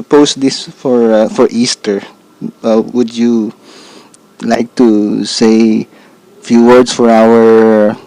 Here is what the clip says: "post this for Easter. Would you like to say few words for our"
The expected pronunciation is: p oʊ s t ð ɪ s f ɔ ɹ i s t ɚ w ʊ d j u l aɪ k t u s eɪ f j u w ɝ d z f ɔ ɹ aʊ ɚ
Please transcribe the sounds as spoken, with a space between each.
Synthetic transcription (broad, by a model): p oʊ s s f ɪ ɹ f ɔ ɹ i s t ɚ w ʊ d j u l aɪ k t u s eɪ f j u w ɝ d s f ɔ ɹ aʊ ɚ